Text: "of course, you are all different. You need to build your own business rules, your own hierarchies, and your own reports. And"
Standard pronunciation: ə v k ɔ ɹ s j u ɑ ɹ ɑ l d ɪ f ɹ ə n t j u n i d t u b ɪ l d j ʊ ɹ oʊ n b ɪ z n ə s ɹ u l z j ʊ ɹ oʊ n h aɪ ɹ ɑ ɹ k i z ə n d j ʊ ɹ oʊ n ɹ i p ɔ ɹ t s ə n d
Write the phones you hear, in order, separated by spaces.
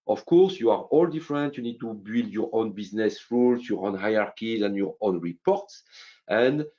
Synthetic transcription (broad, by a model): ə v k ɔ ɹ s j u ɑ ɹ ɑ l d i f ɹ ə n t j u n i d t u b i l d j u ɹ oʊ n b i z n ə s ɹ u l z j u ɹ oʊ n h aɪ ɑ ɹ k i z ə n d j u ɹ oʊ n ɹ i p ɔ ɹ t s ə n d